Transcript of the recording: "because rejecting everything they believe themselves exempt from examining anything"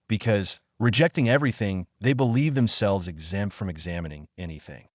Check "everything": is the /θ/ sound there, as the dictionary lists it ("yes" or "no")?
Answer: yes